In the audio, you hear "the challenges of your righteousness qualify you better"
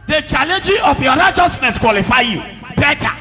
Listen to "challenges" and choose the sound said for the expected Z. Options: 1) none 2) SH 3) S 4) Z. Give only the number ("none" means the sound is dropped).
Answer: 1